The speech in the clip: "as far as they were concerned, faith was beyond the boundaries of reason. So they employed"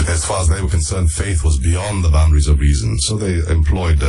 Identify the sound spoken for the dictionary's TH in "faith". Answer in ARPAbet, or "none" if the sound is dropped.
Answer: TH